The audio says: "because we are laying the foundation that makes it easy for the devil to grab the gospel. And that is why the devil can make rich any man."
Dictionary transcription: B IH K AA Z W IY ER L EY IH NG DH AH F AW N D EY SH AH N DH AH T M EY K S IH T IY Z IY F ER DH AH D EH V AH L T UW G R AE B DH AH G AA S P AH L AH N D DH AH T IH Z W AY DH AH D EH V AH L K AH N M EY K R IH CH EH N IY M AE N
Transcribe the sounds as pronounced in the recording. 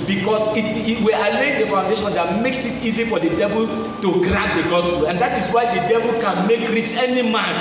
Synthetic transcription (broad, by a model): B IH K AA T W IY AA L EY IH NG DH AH F AW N D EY SH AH N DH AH T M EY K S IH T IY Z IY F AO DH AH D EH V AH L T UW G R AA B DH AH G AA S P AH L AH N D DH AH T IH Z W AY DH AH D EH V AH L K AH N M EY K R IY CH EH N IY M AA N